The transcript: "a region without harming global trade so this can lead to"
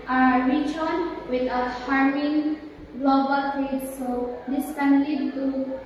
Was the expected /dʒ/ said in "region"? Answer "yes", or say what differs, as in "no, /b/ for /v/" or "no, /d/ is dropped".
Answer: no, /tʃ/ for /dʒ/